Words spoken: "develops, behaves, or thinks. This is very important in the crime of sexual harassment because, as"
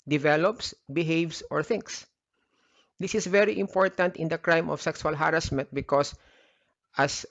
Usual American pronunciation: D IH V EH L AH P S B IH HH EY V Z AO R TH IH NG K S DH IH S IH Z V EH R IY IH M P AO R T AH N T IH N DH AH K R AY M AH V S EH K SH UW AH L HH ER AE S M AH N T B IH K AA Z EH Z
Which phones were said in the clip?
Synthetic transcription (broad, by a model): D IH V EH L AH P S B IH HH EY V S AO R TH IH NG K S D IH S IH S V EH R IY IH M P AO R T AH N T IH N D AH K R AY M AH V S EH K S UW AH L HH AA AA S M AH N T B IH K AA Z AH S